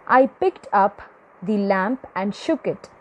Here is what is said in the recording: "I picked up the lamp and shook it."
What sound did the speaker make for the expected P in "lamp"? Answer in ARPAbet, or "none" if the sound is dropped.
P